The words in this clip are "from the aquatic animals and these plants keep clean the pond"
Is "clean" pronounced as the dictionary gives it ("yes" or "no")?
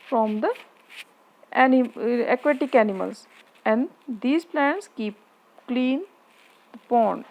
yes